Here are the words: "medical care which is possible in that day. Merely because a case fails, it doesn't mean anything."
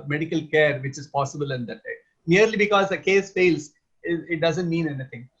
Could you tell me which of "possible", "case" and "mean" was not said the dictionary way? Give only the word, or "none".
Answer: none